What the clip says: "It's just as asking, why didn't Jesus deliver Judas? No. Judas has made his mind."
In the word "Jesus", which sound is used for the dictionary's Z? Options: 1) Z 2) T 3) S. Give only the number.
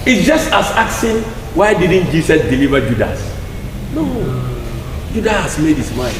3